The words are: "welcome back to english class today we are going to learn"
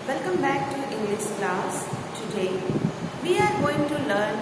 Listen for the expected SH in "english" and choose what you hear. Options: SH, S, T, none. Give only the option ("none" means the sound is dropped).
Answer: S